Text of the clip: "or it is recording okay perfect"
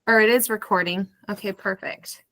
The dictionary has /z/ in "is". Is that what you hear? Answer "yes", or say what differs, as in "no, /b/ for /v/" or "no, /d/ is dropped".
yes